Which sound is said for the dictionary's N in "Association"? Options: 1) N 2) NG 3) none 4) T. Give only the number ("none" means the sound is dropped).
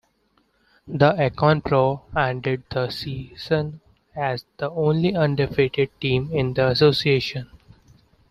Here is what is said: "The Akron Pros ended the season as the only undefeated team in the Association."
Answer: 1